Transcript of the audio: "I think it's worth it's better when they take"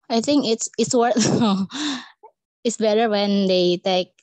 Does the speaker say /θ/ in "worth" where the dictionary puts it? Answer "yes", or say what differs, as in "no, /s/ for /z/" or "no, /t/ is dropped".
no, /t/ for /θ/